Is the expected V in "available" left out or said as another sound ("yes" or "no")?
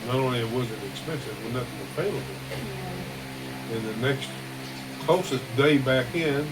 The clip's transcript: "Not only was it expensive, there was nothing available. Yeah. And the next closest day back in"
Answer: yes